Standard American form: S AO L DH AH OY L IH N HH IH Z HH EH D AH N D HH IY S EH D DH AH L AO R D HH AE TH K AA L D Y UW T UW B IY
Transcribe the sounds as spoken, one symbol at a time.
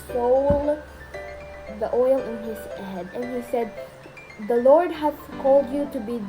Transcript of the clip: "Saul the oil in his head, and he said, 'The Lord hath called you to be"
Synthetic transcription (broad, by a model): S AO L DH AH OY L IH N HH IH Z HH EH D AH N HH IY S EH D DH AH L AO R D HH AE S K AA L D Y UW T UW B IY